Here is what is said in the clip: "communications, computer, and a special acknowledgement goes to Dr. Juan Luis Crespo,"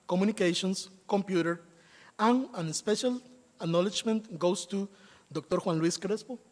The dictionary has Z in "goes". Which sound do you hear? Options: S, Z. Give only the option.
S